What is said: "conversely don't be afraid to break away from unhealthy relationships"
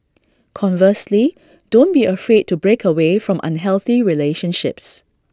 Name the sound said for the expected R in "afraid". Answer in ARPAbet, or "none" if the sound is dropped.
R